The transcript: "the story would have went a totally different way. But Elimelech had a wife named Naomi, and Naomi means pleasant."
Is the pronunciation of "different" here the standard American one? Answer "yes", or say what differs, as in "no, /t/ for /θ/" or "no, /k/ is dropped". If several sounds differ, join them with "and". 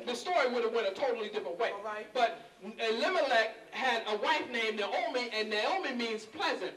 no, /ɹ/ is dropped